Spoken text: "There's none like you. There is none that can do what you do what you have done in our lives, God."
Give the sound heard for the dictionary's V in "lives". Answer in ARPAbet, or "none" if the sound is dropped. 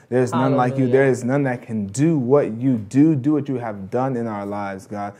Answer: V